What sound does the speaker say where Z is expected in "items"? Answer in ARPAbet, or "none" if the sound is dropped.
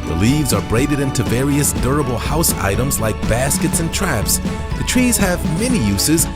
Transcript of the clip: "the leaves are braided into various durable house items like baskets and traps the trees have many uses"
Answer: Z